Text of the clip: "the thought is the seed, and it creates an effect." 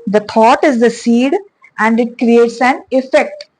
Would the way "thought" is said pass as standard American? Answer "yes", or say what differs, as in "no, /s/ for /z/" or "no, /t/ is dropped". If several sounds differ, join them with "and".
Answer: no, /t/ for /θ/